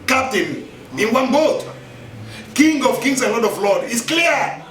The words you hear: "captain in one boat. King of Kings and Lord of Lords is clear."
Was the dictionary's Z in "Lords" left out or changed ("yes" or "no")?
yes